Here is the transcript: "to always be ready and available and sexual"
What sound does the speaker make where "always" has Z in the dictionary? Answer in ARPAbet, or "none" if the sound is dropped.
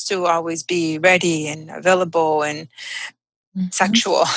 Z